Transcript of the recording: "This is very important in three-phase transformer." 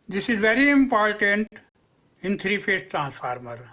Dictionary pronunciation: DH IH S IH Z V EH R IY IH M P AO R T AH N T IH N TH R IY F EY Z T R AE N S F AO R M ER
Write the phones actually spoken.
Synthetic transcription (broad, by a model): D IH S IH Z V EH R IY IH M P AO R T AH N T IH N T R IY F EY S T R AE N S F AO R M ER